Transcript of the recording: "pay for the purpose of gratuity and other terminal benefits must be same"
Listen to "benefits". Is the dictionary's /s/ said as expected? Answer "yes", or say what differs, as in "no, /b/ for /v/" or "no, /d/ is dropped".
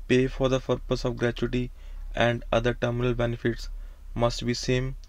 yes